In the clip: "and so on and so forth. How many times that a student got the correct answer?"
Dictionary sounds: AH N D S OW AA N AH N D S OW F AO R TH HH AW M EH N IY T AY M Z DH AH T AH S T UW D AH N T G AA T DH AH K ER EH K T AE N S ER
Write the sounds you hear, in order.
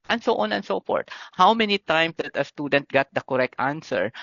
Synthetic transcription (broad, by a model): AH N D S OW AA N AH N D S OW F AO R T HH AW M EH N IY T AY M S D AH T AH S T UW D AH N T G AA T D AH K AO EH K T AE N S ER